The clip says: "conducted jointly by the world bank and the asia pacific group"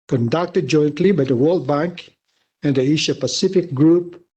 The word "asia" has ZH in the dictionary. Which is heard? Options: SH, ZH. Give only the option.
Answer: SH